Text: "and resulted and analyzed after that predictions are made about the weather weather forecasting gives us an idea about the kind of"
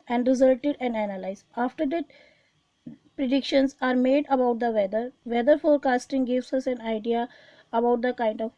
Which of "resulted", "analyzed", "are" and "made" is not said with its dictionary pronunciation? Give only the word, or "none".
analyzed